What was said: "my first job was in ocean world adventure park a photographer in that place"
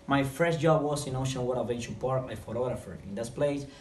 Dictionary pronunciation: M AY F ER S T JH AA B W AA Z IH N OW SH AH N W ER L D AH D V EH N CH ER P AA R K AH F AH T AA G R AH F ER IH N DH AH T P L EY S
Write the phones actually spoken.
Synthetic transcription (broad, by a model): M AY F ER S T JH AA B W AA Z IH N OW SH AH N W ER D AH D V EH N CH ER P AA R AH F AH T AA G R AH F ER IH N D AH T P L EY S